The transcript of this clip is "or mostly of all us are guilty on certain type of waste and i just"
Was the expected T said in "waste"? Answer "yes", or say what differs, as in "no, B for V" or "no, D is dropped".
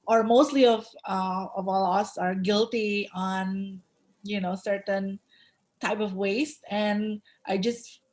yes